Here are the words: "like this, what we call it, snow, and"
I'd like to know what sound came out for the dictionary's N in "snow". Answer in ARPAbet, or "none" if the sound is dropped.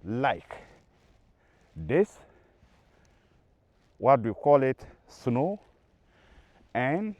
N